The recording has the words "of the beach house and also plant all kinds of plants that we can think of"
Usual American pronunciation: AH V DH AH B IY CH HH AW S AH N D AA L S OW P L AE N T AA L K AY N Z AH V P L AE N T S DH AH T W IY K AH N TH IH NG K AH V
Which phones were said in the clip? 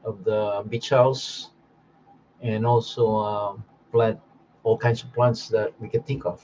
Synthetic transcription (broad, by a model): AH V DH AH B IY CH HH AW S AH N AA L S OW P L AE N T AA L K AY N S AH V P L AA N T S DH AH T W IY K AH N T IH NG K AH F